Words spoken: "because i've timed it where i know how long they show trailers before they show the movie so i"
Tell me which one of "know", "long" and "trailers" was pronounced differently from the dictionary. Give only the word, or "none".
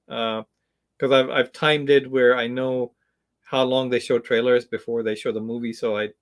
none